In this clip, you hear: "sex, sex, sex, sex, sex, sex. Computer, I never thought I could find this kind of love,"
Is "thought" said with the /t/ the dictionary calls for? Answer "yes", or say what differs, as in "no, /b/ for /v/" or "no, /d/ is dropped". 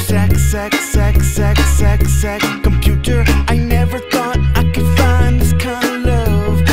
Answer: yes